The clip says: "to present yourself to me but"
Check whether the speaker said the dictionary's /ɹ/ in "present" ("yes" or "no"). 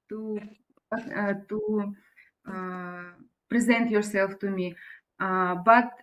yes